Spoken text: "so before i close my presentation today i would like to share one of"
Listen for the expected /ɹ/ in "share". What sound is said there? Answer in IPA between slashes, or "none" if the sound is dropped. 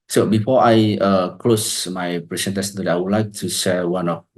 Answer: /l/